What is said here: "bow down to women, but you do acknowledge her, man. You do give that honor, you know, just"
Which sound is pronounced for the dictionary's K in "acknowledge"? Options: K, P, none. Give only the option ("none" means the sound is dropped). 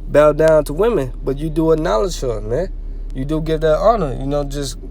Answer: none